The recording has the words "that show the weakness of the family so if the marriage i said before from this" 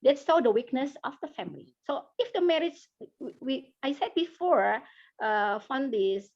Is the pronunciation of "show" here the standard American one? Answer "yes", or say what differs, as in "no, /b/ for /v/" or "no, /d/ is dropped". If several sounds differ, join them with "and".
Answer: no, /s/ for /ʃ/